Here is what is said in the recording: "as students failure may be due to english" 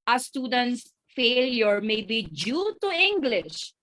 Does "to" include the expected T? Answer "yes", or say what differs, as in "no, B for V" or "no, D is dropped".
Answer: yes